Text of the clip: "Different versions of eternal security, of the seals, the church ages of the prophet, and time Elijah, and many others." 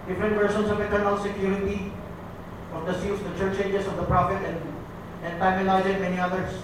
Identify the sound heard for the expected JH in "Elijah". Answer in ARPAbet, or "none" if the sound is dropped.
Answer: Z